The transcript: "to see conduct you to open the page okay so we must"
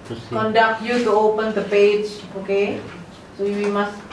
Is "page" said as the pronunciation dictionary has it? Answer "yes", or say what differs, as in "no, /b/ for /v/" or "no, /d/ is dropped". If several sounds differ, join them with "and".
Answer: yes